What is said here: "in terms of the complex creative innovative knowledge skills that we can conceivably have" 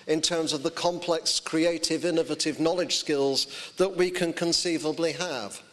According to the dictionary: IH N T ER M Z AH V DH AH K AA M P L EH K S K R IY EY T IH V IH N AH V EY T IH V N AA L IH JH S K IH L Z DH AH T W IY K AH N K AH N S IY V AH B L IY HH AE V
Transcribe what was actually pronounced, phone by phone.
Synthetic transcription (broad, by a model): IH N T ER M Z AH V DH AH K AA M P L EH K S K R IY EY T IH V IH N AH V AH T IH V N AA L IH JH S K IH L Z DH AH T W IY K AH N K AH N S IY V AH B L IY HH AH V